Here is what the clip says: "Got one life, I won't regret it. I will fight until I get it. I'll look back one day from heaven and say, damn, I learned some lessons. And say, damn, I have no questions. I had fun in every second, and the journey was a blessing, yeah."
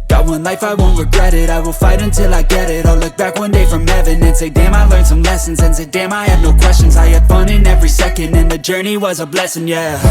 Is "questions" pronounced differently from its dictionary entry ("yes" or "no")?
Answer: no